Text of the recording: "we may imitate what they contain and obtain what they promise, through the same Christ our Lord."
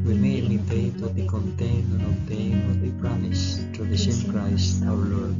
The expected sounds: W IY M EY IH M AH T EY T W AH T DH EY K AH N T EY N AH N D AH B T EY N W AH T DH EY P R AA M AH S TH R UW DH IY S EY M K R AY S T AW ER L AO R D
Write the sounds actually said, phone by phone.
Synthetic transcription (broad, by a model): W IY M EY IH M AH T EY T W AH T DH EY K AH N T EY N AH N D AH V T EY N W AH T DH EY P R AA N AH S T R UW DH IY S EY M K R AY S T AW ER L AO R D